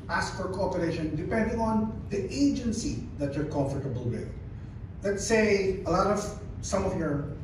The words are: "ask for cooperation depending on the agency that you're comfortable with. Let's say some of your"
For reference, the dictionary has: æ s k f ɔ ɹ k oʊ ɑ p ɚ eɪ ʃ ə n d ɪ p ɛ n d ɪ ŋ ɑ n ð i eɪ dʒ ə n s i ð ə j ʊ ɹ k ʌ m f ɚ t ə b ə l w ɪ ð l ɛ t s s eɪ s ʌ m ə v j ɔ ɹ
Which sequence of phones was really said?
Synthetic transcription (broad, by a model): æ s k f ɔ ɹ k oʊ ɑ p ɚ eɪ ʃ ə n d ɪ p ɛ n d ɪ ŋ ɑ n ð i eɪ dʒ ə n s i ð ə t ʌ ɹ k ʌ m f ɚ t ə b ə l w ɪ ð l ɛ t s s eɪ s ʌ m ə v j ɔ ɹ